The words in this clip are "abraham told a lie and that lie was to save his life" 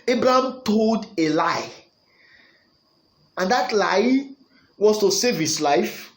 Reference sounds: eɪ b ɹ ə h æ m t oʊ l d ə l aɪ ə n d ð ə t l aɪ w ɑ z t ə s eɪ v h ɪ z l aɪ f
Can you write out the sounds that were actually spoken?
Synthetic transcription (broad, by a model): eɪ b ɹ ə h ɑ m t oʊ l d ə l aɪ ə n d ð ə t l aɪ w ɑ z t ə s eɪ v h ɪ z l aɪ f